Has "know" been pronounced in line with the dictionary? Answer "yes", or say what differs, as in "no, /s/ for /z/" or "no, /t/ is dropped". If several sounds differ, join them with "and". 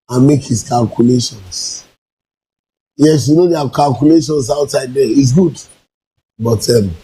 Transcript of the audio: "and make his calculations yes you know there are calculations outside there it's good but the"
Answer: yes